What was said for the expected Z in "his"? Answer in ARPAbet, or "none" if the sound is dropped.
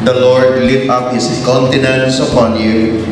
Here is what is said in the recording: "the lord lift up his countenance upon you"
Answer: S